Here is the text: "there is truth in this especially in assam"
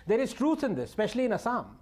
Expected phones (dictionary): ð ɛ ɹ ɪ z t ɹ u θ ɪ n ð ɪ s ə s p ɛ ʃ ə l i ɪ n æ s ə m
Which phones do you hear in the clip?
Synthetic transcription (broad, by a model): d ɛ ɹ ɪ z t ɹ u s ɪ n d ɪ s s p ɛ ʃ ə l i ɪ n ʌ s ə m